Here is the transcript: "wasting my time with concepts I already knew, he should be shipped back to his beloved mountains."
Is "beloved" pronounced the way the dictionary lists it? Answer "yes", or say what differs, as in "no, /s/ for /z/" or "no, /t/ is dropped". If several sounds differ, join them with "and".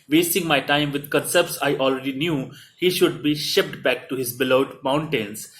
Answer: no, /v/ is dropped